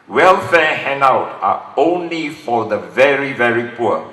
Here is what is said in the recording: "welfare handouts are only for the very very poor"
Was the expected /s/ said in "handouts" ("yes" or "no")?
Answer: no